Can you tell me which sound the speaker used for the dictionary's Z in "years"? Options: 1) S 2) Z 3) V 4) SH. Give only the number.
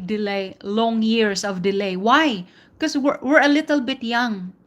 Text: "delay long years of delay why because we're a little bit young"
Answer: 1